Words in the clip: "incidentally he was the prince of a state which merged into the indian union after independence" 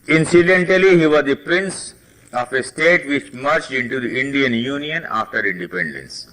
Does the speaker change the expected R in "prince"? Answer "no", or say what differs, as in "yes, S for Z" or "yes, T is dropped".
no